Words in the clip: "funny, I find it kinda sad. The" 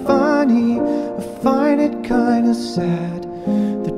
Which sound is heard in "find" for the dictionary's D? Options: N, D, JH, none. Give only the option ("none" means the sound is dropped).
none